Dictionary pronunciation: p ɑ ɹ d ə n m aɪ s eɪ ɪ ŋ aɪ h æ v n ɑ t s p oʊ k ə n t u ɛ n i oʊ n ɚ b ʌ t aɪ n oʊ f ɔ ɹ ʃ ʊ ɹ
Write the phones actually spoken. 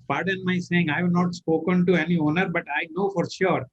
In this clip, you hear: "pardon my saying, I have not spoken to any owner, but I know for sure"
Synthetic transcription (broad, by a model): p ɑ ɹ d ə n m aɪ s eɪ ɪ ŋ aɪ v n ɑ t s p oʊ k ə n t u ɛ n i oʊ n ɚ b ʌ t aɪ n oʊ f ɔ ɹ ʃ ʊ ɹ